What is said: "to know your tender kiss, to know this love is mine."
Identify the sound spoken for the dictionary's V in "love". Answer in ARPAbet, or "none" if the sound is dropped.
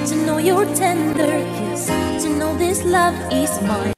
V